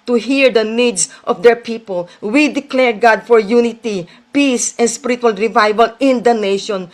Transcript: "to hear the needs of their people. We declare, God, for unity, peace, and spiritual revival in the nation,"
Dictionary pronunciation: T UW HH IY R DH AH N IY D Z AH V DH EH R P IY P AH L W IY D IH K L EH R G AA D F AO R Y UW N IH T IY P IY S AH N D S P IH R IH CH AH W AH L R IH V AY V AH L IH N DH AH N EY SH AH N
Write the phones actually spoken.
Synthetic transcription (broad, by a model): T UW HH IY R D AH N IY D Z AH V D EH R P IY P AH L W IY D IH K L EH R G AA D F AO R Y UW N IH T IY P IY S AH N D S P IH R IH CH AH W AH L R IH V AY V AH L IH N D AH N EY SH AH N